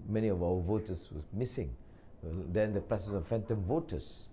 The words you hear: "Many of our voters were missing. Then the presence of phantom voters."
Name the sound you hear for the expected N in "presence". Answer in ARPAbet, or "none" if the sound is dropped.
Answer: none